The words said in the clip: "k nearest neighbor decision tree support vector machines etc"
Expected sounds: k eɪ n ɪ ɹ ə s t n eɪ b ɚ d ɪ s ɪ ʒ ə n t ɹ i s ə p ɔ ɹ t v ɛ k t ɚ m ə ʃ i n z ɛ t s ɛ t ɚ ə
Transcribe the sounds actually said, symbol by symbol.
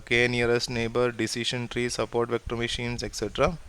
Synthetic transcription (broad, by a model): k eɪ n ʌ ɹ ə s t n eɪ b ɚ d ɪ s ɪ ʃ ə n t ɹ i s ə p ɔ ɹ t v ɛ k t ɚ m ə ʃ i n s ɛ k s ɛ t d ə